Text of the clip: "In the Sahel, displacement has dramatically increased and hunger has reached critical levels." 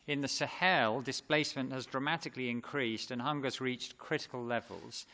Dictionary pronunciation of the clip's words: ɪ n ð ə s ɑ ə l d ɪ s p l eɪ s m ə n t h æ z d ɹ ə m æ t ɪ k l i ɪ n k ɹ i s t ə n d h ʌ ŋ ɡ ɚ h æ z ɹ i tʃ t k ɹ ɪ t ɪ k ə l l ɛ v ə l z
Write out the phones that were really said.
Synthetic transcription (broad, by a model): ɪ n ð ə s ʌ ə l d ɪ s p l eɪ s m ə n t h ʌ z d ɹ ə m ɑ t ɪ k l i ɪ n k ɹ i s t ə n h ʌ ŋ ɡ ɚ z ɹ i tʃ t k ɹ ɪ t ɪ k ə l l ɛ v ə l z